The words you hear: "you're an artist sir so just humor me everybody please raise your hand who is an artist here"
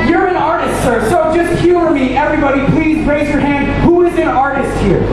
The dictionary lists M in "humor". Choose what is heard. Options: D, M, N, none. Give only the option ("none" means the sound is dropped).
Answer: none